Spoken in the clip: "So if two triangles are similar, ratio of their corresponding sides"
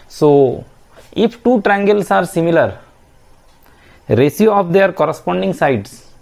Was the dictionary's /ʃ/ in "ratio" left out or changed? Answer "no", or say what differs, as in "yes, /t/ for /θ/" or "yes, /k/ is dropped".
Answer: yes, /s/ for /ʃ/